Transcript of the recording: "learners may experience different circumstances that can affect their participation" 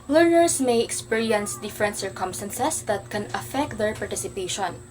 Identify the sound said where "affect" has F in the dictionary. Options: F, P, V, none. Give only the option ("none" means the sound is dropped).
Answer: F